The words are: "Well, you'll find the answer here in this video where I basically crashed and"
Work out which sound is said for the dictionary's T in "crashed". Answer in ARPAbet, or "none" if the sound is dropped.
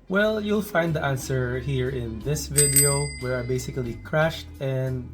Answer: T